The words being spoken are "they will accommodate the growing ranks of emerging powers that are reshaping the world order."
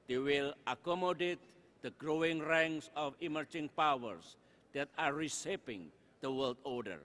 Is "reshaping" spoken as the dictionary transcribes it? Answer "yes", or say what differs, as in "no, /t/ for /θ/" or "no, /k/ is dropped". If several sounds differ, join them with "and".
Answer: no, /s/ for /ʃ/